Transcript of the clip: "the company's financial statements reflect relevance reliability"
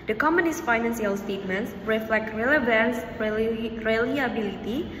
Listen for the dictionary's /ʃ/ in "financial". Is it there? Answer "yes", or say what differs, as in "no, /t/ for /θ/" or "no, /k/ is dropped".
no, /s/ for /ʃ/